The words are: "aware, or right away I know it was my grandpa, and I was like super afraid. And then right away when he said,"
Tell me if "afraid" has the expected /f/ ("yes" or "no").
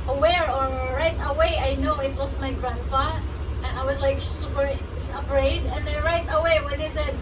no